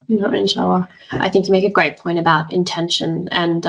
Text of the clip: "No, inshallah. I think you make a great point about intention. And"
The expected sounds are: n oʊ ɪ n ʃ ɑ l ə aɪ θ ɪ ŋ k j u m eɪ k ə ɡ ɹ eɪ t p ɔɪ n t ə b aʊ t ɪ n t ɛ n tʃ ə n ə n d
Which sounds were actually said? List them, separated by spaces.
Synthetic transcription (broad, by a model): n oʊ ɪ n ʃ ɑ ə aɪ θ ɪ ŋ k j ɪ m eɪ k ə ɡ ɹ eɪ t p ɔɪ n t ə b aʊ t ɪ n t ɛ n ʃ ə n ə n